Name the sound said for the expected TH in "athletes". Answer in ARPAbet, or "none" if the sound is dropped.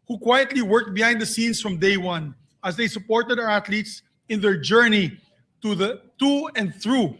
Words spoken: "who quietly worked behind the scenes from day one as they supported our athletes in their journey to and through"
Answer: T